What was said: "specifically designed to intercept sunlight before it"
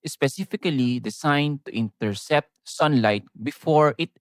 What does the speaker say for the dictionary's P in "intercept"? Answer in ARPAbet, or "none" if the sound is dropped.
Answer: P